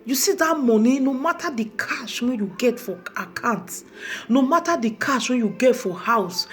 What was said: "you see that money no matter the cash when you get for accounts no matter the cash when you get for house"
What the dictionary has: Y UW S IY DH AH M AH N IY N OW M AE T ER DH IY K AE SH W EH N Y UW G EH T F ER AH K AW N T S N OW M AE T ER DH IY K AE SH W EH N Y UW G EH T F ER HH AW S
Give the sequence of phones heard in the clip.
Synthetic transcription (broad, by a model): Y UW S IY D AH M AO N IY N OW M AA T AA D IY K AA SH W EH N Y UW G EH T F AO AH K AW N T N OW M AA T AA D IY K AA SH W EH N Y UW G EH T F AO HH AW S